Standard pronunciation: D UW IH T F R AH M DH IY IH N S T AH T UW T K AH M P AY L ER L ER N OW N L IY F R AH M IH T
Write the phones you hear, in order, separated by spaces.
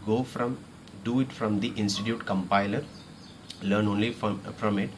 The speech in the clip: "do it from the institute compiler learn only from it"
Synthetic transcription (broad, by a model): D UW IH T F R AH M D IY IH N S T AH T UW T K AH M P AY L ER L ER N OW N L IY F R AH M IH T